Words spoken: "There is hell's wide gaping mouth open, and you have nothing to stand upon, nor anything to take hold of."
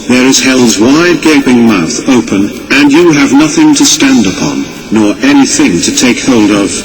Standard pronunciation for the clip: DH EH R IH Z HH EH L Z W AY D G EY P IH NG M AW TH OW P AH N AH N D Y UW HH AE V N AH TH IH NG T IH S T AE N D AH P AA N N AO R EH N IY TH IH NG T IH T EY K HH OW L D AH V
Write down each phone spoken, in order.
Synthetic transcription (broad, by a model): DH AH R IH Z HH EH L Z W AY D G EY P IH NG M AW TH OW P AH N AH N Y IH V N AH TH IH NG T IH S T AE N D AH P AA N N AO R EH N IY TH IH NG T IH T EY K HH OW L D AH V